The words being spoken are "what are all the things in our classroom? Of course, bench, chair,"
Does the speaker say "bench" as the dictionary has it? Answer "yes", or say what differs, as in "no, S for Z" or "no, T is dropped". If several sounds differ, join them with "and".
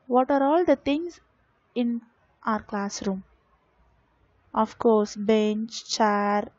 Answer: yes